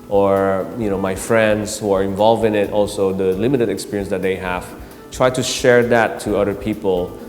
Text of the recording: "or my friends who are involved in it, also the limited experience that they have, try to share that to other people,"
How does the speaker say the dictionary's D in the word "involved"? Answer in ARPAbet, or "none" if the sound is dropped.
none